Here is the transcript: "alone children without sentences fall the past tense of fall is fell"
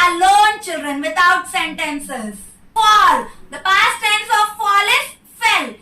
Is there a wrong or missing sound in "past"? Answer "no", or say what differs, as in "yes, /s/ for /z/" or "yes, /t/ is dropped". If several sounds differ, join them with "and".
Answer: no